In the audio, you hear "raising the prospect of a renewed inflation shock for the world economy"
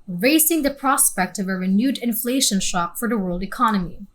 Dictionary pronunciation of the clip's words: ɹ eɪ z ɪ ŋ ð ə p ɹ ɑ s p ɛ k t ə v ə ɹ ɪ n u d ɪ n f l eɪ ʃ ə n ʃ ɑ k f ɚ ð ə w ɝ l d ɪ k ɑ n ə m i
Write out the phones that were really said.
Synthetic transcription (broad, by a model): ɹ eɪ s ɪ ŋ ð ə p ɹ ɑ s p ɛ k t ə v ə ɹ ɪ n u d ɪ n f l eɪ ʃ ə n ʃ ɑ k f ɚ ð ə w ɝ l d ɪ k ɑ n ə m i